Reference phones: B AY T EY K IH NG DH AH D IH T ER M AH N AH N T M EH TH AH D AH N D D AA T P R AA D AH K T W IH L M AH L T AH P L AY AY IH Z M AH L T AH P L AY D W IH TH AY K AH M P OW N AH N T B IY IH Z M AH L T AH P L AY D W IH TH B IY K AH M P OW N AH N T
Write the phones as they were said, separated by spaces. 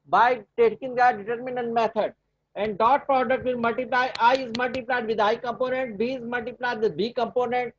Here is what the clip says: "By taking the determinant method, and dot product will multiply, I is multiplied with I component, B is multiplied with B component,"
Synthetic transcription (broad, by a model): B AY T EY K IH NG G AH D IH T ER M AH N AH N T M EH T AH D AH N D D AA T P R AA D AH K T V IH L M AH L T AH P L AY AY IH Z M AH L T AH P L AY D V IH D AY K AH M P OW N AH N T B IY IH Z M AH L T AH P L AY D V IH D B IY K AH M P OW N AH N T